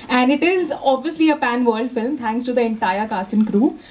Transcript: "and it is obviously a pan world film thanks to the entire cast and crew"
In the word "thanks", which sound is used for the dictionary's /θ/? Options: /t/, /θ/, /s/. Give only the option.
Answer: /t/